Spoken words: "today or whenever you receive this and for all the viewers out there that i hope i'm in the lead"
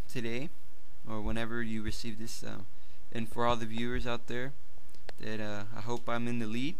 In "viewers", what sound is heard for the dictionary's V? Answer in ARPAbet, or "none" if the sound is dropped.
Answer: V